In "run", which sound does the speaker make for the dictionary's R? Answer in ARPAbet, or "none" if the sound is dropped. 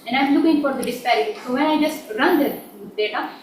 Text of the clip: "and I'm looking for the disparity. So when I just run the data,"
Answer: R